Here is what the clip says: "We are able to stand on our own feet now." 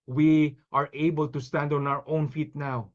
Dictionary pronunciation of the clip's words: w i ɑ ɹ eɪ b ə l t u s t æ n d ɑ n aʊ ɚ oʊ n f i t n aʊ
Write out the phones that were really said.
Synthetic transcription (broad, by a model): w i ɑ ɹ eɪ b ə l t u s t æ n d ɑ n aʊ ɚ oʊ n f i t n aʊ